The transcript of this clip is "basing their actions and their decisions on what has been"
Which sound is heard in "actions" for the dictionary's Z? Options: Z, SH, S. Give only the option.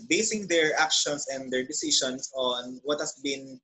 S